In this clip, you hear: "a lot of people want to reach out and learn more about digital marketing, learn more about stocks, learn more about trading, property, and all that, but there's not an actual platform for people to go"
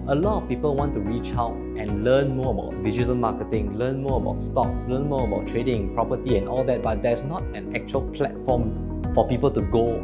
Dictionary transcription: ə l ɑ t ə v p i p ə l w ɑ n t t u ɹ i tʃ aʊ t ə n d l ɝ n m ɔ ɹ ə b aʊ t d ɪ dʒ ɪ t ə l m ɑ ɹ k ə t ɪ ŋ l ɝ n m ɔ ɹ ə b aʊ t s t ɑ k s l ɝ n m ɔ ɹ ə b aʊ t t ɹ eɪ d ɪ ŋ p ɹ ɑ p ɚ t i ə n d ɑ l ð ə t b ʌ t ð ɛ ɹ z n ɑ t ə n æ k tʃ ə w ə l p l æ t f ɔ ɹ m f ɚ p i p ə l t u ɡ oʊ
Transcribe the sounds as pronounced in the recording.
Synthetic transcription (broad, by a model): ə l ɑ t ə f p i p ə l w ɑ n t t u ɹ i tʃ aʊ t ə n l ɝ n m ɔ ə b aʊ t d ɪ dʒ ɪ t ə l m ɑ k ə t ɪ ŋ l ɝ n m ɔ ə b aʊ t s t ɑ k s l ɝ n m ɔ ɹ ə b aʊ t t ɹ eɪ d ɪ ŋ p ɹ ɑ p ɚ t i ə n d ɑ l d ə t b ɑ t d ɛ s n ɑ t ə n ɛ k tʃ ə ə l p l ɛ t f ɔ m f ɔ p i p ə l t u ɡ oʊ